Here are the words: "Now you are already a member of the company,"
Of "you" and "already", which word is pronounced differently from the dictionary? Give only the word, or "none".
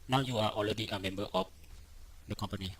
already